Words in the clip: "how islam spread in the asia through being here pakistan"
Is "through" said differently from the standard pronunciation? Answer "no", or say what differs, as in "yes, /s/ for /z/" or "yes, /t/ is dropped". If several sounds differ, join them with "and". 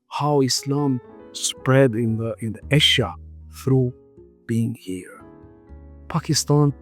no